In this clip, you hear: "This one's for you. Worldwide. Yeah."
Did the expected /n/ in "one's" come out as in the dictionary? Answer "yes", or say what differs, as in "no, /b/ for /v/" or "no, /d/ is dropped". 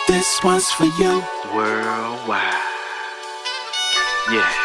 no, /n/ is dropped